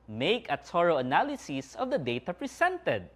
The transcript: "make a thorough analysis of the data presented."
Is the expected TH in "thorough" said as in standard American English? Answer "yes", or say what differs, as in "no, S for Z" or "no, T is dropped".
no, S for TH